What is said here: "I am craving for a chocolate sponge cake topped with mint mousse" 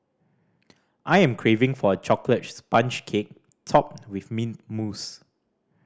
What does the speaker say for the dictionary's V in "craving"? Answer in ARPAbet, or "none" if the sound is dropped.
V